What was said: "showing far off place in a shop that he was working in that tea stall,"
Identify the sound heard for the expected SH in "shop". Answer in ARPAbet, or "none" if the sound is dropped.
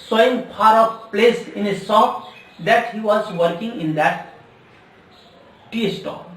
S